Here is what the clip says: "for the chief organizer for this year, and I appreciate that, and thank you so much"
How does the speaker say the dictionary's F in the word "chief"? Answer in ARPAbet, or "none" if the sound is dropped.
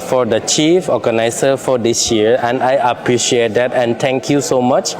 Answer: F